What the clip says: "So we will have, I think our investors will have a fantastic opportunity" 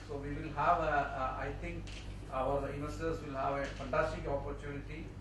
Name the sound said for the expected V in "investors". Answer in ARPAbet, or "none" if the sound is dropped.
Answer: none